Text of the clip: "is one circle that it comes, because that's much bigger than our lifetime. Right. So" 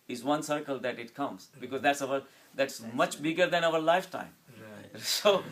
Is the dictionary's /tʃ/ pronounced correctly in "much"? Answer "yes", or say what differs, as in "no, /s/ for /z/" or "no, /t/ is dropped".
yes